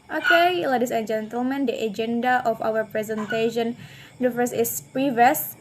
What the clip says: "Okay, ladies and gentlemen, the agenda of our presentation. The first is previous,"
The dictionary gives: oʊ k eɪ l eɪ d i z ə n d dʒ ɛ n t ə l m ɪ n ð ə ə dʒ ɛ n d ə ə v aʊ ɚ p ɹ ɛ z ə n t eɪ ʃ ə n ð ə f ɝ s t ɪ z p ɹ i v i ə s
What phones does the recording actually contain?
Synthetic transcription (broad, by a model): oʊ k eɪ l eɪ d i s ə n dʒ ɛ n t ə l m ɪ n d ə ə dʒ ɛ n d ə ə f aʊ ɚ p ɹ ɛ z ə n t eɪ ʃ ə n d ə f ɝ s ɪ s p ɹ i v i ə s